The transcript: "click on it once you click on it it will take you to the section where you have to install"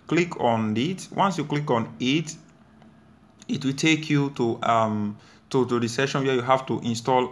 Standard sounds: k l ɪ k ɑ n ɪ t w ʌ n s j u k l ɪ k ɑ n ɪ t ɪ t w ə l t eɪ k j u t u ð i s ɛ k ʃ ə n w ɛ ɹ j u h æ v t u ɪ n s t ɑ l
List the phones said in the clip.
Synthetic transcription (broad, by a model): k l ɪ k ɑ n ɪ t w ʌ n s j u k l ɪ k ɑ n ɪ t ɪ t w ə l t eɪ k j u t u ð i s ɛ ʃ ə n w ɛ j u h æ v t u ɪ n s t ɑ l